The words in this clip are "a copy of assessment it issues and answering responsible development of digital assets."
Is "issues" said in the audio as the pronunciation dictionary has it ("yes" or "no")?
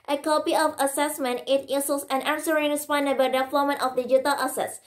no